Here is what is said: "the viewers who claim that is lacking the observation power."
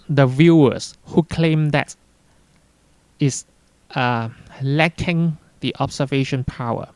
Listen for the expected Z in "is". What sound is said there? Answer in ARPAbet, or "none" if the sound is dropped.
S